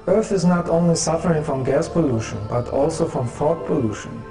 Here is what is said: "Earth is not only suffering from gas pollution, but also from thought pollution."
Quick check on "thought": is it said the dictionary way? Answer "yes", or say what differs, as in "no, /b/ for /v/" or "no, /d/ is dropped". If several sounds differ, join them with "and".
no, /f/ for /θ/